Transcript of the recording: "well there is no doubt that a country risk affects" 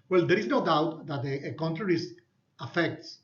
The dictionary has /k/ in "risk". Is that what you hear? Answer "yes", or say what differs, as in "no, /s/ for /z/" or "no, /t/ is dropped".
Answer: no, /k/ is dropped